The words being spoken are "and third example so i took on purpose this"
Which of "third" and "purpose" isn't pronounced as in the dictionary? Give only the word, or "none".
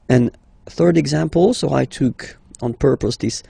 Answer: none